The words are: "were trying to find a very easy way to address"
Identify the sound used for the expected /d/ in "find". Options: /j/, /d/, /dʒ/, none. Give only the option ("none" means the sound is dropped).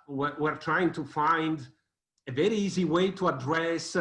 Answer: /d/